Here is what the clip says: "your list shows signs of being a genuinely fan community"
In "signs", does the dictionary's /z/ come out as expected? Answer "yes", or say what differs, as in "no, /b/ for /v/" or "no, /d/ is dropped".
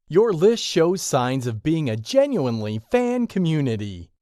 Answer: yes